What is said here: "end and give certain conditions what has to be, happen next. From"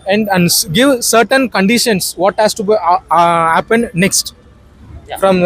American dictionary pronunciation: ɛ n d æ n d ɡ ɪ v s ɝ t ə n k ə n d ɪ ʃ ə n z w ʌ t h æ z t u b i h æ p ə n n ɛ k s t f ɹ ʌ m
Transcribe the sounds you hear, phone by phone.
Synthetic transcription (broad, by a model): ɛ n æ n d ɡ ɪ v s ɝ t ə n k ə n d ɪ ʃ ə n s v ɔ t h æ s t u b i h æ p ə n n ɛ k s t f ɹ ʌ m